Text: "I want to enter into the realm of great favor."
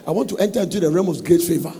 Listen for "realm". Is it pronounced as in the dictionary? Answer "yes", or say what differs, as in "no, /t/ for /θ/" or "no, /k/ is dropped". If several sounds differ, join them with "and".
no, /l/ is dropped